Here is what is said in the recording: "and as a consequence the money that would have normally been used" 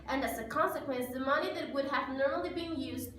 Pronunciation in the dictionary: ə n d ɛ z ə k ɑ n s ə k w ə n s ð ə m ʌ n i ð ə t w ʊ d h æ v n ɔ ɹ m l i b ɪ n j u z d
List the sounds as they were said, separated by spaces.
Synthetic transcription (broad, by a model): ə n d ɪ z ə k ɑ n s ə k w ə n s ð ə m ʌ n i ð ə t w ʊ d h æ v n ɔ ɹ m l i b ɪ n j u z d